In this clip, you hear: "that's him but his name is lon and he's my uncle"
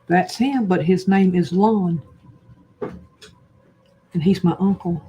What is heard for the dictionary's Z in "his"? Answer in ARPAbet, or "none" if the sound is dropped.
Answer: Z